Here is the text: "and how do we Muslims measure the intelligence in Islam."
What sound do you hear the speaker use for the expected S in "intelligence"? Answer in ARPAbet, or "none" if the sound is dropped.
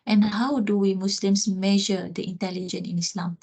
none